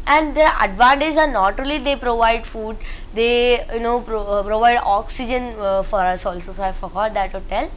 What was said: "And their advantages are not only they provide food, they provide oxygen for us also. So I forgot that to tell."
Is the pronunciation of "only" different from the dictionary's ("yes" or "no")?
yes